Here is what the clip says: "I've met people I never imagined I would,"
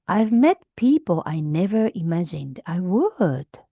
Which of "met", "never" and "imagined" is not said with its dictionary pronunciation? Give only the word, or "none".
none